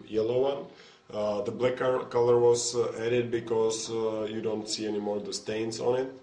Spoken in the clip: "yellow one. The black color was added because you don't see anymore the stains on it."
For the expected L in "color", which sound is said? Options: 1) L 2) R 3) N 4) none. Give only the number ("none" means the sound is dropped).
1